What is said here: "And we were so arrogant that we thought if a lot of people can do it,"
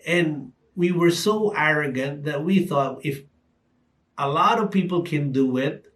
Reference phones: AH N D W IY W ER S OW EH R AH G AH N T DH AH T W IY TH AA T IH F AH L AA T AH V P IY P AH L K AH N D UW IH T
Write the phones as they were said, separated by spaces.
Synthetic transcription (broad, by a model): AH N W IY W ER S OW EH R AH G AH N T DH AH T W IY TH AA T IH F AH L AA T AH V P IY P L K AH N D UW IH T